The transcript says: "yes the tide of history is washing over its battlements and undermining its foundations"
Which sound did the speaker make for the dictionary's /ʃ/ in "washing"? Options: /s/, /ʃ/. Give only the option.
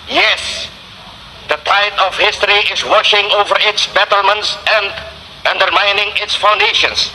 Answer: /ʃ/